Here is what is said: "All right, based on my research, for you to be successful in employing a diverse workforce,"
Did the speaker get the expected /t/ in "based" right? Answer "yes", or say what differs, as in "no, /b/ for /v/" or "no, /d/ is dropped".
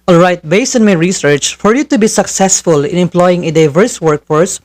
no, /t/ is dropped